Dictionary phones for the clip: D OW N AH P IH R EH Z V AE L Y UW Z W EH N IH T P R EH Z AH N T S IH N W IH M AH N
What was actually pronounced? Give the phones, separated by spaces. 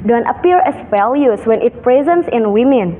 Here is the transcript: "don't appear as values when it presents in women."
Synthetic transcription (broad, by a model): D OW N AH P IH R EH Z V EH L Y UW S W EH N IH T P R EH Z AH N T S IH N W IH M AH N